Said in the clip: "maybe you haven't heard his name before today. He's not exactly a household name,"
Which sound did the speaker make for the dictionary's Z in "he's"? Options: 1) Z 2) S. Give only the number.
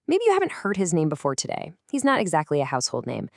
1